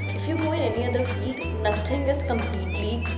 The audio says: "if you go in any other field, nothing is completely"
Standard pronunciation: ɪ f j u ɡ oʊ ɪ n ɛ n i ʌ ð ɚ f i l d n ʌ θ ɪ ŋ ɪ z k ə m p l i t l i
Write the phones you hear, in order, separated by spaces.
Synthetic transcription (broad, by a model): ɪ f j u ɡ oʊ ɪ n ɛ n i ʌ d ɚ f i l d n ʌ t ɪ ŋ ɪ z k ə m p l i t l i